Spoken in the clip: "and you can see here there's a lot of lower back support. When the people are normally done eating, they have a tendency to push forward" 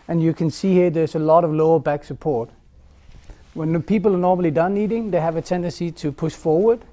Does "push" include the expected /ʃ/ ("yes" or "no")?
yes